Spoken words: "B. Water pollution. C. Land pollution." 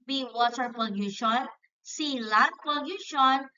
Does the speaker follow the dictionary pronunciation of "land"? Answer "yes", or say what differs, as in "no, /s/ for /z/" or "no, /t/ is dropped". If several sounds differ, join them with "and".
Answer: no, /n/ is dropped